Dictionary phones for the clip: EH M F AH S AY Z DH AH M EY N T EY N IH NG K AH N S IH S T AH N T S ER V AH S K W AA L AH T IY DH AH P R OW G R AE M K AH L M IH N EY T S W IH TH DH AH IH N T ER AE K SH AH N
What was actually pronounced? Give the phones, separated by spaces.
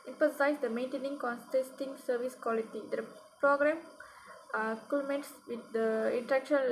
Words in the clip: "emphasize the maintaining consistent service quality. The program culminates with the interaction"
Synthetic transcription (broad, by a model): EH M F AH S AY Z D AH M EY N T EY N IH NG K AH N S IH S T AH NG S ER V AH S K W AA L AH T IY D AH P R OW G R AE M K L M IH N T S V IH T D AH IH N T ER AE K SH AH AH